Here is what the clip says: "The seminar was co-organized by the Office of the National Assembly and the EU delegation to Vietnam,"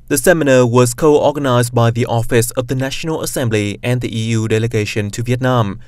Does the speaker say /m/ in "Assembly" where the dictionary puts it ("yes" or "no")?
yes